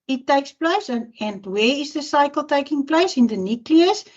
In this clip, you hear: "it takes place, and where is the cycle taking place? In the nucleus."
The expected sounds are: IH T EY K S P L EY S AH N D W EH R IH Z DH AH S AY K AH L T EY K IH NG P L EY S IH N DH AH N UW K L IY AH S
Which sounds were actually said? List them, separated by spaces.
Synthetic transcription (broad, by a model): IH T EY K S P L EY S AH N D W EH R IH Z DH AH S AY K AH L T EY K IH NG P L EY S IH N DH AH N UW K L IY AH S